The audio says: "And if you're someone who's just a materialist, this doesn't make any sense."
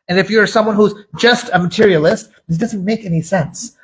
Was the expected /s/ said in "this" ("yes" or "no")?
no